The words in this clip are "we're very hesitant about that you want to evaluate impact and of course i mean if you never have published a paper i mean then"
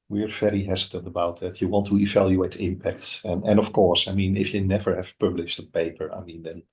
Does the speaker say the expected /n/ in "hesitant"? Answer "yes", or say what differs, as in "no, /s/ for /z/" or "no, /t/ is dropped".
yes